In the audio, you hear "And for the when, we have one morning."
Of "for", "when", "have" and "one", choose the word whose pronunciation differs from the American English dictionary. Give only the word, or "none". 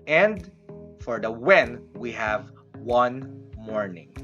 none